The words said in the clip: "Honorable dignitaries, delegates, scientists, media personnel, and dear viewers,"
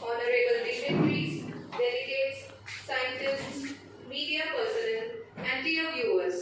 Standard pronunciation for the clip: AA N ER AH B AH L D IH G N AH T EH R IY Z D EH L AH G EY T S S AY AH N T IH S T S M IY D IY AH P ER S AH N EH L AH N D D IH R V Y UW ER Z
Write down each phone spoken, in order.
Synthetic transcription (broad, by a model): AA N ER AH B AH L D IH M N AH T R IY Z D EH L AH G EY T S S AY AH N T IH S T S M IY D IY AH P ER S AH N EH N AH N D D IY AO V Y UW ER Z